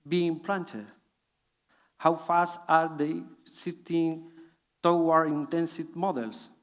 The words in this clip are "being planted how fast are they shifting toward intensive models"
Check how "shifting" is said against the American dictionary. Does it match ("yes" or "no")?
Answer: no